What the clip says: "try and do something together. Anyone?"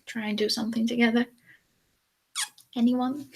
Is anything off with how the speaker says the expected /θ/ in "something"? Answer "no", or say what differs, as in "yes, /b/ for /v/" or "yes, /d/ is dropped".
no